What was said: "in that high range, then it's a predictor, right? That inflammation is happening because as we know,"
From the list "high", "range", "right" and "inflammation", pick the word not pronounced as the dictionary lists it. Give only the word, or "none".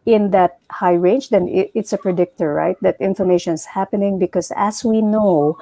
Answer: inflammation